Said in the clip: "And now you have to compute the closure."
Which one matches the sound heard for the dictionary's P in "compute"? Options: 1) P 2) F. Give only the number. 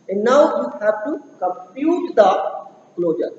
2